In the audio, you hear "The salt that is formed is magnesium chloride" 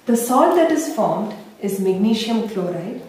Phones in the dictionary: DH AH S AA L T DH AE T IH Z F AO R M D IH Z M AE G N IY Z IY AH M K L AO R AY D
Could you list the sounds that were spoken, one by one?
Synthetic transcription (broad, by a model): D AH S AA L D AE T IH Z F AO R M D IH Z M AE G N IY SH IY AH M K L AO R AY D